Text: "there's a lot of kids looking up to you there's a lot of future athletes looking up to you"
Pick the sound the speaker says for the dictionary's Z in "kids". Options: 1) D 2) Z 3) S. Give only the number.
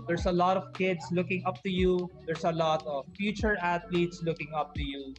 3